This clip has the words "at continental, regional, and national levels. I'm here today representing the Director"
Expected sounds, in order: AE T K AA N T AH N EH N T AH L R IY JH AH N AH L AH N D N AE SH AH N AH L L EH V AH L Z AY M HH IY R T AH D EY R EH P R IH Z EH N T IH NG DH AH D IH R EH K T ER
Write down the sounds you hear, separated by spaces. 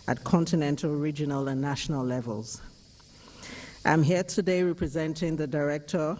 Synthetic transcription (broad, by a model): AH T K AA N T AH N EH N T AH L R IY JH AH N AH L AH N N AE SH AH N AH L L EH V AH L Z AY M HH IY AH T AH D EY R EH P R IH Z EH N T IH NG DH AH D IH R EH K T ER